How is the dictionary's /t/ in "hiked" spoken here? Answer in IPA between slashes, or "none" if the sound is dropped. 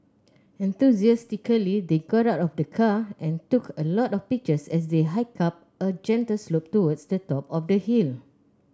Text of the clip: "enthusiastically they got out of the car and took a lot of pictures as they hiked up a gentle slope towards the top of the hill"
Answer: none